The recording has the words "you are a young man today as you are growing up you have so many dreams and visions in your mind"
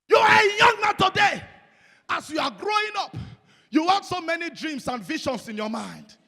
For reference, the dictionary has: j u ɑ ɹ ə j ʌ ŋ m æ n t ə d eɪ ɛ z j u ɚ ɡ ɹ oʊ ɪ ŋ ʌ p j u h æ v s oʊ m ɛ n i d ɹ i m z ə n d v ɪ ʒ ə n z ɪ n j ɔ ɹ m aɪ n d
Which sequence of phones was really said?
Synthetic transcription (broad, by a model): j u ɑ ɹ ə j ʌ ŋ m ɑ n t ə d eɪ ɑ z j u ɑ ɡ ɹ oʊ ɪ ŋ ʌ p j u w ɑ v s oʊ m ɛ n i d ɹ i m s ə n d v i ʃ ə n s ɪ n j ɔ m aɪ n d